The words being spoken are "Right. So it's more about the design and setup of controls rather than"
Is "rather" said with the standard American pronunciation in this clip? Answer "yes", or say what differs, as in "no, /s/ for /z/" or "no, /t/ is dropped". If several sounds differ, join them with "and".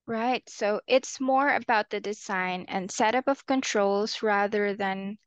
yes